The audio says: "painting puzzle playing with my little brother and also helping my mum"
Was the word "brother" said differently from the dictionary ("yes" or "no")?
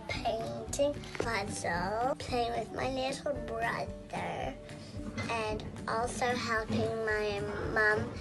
no